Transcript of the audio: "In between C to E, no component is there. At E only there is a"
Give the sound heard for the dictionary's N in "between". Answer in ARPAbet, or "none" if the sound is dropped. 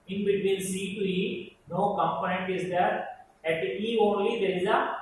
L